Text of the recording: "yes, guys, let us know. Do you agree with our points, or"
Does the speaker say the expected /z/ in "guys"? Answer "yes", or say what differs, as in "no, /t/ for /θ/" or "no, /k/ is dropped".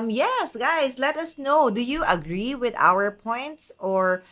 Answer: no, /s/ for /z/